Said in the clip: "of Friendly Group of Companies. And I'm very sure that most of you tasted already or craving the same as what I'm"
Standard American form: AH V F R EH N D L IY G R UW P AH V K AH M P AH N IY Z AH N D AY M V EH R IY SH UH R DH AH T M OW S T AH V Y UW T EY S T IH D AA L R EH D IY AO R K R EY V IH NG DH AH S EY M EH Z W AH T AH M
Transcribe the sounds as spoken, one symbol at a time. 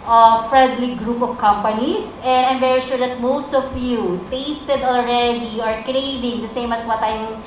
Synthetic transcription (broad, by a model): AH F R EH N D L IY G R UW P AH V K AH M P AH N IY S AH N D AY M V EH R IY SH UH R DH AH T M OW S T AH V Y UW T EY S T IH D AA L R EH D IY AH R K R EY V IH NG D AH S EY M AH S W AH T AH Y